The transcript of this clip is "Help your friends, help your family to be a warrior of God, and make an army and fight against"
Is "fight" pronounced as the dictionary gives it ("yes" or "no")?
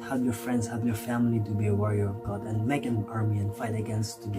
yes